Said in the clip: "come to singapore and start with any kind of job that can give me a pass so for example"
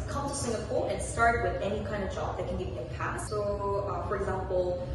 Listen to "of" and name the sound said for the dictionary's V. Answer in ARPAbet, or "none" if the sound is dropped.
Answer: V